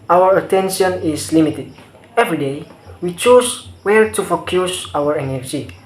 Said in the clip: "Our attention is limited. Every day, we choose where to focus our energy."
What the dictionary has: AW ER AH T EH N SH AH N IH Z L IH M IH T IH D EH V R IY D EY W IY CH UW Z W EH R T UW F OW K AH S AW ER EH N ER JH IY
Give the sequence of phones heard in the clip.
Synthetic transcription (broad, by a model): AW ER AH T EH N SH AH N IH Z L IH M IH T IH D EH V R IY D EY W IY CH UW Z W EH L T UW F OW K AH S AW ER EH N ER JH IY